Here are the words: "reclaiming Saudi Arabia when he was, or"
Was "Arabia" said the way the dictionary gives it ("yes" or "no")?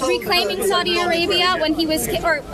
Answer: yes